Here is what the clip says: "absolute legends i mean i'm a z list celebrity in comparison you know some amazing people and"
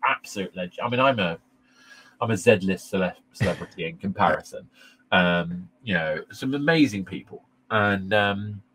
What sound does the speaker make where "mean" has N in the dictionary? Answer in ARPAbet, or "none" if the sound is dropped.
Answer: none